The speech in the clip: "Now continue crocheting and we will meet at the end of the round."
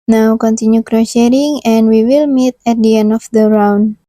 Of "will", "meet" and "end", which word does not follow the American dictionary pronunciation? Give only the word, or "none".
end